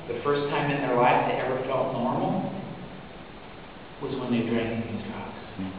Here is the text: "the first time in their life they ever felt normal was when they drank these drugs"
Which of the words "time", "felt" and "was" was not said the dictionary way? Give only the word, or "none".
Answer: none